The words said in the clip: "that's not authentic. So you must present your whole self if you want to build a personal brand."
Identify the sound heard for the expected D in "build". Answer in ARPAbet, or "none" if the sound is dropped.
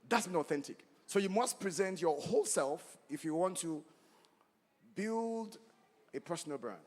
D